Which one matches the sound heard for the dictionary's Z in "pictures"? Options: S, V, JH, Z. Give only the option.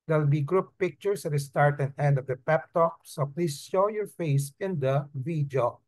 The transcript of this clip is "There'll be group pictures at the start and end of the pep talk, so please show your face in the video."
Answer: S